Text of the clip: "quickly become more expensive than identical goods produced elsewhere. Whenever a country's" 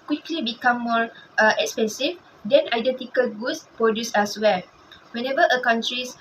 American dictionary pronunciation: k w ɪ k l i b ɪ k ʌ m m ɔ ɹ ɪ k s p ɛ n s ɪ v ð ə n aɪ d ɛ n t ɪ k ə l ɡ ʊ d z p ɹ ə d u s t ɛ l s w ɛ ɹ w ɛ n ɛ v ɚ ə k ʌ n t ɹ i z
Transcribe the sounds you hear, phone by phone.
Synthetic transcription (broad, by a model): k w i k l i b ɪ k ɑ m m ɔ ɹ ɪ k s p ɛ n s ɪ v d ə n aɪ d ɛ n t ɪ k ə l ɡ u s p ɹ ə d u s ɛ s w ɛ l w ɛ n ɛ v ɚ ə k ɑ n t ɹ i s